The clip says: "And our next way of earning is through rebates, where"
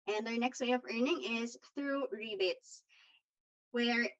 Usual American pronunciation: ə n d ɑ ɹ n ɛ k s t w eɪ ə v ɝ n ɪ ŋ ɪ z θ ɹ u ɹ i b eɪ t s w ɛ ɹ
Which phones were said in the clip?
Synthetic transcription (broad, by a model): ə n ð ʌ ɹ n ɛ k s t w eɪ ə v ɝ n ɪ ŋ ɪ z θ ɹ u ɹ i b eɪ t s w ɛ ɹ